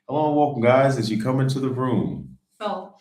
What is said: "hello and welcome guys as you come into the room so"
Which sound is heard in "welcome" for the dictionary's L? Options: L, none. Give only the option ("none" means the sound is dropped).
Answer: none